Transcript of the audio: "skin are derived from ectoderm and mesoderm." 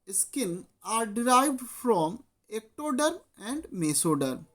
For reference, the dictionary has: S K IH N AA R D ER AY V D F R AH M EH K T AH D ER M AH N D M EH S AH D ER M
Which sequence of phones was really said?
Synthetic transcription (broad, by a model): S K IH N AA R D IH AY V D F R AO M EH K T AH D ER AH N D M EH S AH D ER